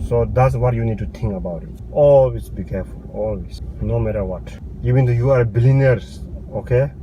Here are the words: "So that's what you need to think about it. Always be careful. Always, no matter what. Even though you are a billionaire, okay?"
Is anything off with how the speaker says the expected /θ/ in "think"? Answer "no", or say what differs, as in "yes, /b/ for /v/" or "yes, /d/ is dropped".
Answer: yes, /t/ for /θ/